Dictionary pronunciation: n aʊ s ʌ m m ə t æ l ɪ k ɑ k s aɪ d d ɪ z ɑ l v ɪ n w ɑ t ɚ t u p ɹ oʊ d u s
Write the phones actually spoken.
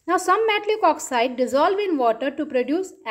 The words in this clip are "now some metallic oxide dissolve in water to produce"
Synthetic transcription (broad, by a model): n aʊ s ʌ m m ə t l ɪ k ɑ k s aɪ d d ɪ z ɑ l v ɪ n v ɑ t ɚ t u p ɹ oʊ d u s